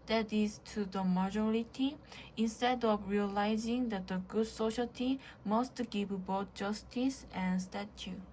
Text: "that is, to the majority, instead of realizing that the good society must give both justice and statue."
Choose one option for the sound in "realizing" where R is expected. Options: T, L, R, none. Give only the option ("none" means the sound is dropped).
R